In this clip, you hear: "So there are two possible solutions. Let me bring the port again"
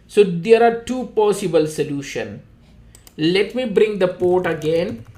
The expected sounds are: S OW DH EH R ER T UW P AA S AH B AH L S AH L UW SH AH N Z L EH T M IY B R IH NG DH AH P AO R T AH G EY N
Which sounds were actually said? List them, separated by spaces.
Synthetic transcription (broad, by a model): S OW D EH R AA T UW P AA S AH B AH L S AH L UW SH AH N L EH T M IY B R IH NG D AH P AO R T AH G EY N